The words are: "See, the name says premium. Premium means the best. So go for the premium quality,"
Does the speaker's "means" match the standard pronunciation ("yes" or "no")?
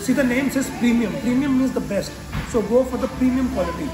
no